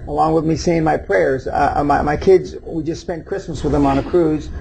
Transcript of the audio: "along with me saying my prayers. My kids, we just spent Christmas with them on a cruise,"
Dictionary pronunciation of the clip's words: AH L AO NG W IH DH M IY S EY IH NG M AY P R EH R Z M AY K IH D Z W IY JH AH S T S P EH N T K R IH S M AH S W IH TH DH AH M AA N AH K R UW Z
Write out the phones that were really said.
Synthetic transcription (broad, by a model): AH L AO NG W IH DH M IY S EY IH NG M AY P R EH R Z M AY K IH D Z W IY JH AH S T S P EH N K R IH S M AH S W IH DH AH M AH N AH K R UW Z